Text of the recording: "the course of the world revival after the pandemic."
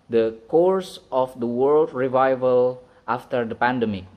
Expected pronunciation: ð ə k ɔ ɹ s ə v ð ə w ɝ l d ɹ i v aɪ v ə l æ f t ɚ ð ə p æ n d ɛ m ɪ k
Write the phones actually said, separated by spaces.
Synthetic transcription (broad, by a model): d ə k ɔ ɹ s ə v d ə w ɝ l d ɹ i v aɪ v ə l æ f t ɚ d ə p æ n d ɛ m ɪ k